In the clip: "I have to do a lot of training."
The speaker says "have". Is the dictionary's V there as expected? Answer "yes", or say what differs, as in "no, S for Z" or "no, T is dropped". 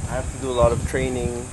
no, F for V